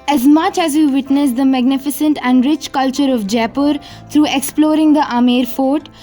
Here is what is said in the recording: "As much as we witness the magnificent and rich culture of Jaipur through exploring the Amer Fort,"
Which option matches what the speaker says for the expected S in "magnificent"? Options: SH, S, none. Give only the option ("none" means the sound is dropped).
S